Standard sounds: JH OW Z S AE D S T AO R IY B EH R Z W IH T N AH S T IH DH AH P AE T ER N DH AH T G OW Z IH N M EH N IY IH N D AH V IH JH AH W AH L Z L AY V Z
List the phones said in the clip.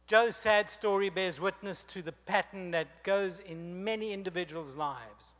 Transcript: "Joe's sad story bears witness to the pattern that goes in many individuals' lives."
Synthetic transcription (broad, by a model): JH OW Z S AE D S T AO R IY B EH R Z W IH T N AH S T IH DH AH P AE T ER N DH AH T G OW Z IH N M EH N IY IH N D AH V IH JH AH W AH L Z L AY V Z